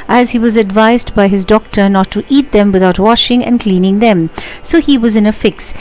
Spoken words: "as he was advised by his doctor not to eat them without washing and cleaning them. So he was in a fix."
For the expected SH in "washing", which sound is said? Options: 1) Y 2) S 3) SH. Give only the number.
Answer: 3